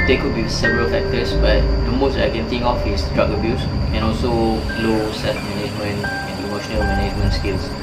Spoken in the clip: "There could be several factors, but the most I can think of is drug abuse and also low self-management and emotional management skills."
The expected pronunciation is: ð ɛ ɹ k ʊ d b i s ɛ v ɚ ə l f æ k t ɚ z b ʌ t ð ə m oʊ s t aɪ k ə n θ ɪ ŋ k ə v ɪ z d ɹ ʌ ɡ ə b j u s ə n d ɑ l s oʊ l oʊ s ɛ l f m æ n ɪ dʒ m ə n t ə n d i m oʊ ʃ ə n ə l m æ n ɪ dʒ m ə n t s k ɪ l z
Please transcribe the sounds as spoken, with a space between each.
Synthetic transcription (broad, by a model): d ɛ k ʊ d b i s ɛ v ɚ ə l f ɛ k t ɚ s b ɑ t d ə m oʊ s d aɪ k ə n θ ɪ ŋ ə f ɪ s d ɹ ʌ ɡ ə b j u s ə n ɑ l s oʊ l oʊ s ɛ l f m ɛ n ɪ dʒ m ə n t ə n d i m oʊ ʃ ə n ə l m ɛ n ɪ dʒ m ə n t s k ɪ l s